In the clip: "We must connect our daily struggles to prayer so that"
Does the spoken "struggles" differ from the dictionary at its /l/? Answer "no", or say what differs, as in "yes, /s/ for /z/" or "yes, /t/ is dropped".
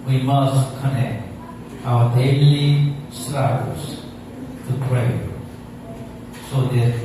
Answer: yes, /l/ is dropped